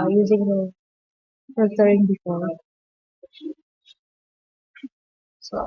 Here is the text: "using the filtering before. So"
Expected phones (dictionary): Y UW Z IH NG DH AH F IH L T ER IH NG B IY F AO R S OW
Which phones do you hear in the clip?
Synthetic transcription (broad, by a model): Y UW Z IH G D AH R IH T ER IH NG B IY F AO R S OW